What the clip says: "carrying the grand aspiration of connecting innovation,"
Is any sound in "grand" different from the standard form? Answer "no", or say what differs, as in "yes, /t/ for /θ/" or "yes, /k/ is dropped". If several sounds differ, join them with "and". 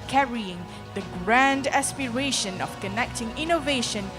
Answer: no